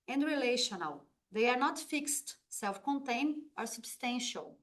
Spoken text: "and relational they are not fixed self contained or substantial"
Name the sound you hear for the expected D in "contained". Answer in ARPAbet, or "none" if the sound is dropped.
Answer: none